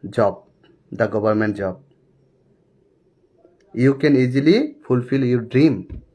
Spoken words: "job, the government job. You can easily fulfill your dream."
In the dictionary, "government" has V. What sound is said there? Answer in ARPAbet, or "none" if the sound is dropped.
B